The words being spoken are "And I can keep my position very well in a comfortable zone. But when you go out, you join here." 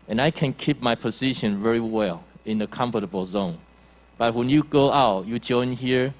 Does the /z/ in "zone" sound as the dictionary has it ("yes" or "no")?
yes